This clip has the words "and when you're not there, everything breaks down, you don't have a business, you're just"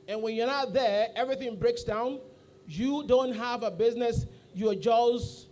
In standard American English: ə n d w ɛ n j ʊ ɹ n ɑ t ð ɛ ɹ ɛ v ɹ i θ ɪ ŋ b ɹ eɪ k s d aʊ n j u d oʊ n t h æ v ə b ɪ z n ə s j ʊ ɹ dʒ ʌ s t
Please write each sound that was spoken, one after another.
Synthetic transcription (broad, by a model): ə n w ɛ n j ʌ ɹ n ɑ t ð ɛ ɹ ɛ v ɹ i θ ɪ ŋ b ɹ eɪ k s d aʊ n j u d oʊ n t h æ v ə b ɪ z n ə s j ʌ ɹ dʒ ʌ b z